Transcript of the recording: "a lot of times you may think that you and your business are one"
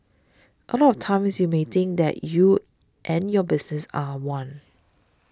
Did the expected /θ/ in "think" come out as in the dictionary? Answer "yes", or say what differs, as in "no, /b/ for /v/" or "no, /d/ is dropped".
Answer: no, /t/ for /θ/